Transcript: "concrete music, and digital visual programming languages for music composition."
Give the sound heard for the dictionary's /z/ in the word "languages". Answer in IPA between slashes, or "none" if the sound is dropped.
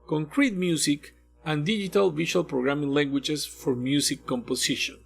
/s/